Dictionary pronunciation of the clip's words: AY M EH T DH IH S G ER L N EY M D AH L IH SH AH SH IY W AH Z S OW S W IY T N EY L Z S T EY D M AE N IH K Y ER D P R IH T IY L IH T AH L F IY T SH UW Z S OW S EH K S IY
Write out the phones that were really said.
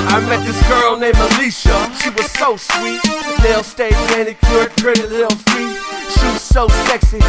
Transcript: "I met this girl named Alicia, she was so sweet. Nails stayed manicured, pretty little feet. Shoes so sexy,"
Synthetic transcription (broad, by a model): AY M EH T DH IH S G ER L N EY M AH L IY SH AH SH IY W AH Z S OW S W IY T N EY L S T EY D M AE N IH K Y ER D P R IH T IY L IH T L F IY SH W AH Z S OW S EH K S IY